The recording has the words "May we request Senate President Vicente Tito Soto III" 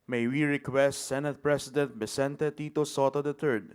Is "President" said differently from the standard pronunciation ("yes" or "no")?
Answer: yes